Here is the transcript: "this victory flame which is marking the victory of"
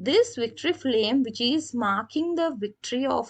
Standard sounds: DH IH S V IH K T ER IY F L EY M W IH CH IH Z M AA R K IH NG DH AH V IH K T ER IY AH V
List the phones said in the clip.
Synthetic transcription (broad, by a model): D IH S V IH K T ER IY F L EY M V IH CH IH Z M AA R K IH NG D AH V IH K T ER IY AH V